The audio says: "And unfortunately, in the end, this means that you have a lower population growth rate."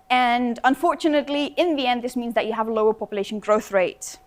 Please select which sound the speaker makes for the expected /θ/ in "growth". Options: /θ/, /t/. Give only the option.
/θ/